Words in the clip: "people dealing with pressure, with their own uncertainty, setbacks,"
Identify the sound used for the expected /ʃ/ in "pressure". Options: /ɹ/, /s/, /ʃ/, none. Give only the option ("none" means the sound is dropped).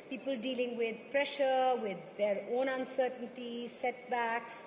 /ʃ/